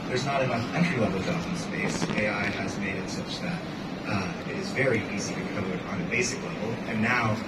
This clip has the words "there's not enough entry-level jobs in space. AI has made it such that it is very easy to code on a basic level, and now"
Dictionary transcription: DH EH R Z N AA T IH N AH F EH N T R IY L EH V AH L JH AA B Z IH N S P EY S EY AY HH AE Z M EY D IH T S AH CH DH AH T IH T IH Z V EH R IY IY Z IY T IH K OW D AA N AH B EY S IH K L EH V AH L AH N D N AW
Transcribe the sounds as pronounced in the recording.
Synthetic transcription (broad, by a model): DH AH R Z N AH T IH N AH EH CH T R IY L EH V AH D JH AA Z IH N S P EY S EY AY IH Z M EY D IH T S AH CH DH AH T IH T IH Z V EH R IY IY Z IY T IH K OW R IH N AH B EY S IH K L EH V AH L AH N N AW